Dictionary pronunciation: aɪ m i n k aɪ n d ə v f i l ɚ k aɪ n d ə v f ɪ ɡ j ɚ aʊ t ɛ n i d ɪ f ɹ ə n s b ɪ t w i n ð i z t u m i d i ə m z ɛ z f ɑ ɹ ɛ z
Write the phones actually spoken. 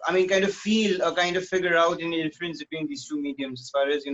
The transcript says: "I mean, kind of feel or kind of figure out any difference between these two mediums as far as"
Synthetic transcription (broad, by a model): aɪ m i n k aɪ n d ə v f i l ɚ k aɪ n d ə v f ɪ ɡ j ɚ aʊ t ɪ n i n f l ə n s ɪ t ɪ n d i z t u m i d i ə m z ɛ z f ɑ ɹ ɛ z